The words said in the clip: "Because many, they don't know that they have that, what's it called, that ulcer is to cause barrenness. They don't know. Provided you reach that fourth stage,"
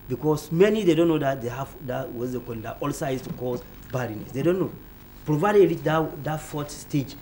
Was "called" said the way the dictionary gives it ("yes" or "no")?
no